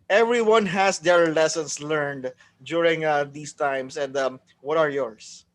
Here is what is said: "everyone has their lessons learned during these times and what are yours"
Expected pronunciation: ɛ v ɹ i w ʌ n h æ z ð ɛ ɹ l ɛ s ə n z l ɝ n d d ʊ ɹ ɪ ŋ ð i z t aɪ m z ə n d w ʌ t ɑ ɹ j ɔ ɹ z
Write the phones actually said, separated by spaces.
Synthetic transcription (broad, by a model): ɛ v ɹ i w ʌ n h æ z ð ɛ ɹ l ɛ s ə n s l ɝ n d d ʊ ɹ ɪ ŋ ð i s t aɪ m s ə n d w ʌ t ɑ ɹ j ɔ ɹ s